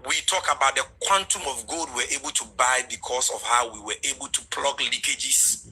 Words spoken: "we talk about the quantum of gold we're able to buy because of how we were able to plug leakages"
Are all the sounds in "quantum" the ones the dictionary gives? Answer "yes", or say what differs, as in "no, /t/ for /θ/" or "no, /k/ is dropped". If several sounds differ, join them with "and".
yes